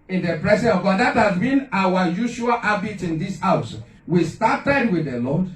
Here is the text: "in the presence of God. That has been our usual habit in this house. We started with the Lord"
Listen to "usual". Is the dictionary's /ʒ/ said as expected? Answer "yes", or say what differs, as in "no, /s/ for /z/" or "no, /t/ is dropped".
no, /ʃ/ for /ʒ/